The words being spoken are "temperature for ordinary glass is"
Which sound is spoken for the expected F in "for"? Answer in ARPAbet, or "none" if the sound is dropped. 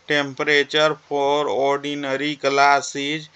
P